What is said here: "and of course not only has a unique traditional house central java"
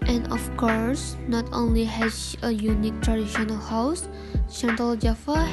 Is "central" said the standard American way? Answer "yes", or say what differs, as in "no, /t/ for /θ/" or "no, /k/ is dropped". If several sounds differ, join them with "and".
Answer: no, /ʃ/ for /s/